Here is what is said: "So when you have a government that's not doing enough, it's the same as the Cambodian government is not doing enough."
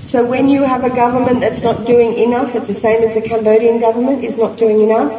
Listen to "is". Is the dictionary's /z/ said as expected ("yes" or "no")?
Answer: yes